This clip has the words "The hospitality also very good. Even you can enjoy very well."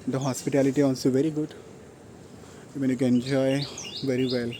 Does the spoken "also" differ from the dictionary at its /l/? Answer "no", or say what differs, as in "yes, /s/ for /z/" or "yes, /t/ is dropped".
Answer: yes, /n/ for /l/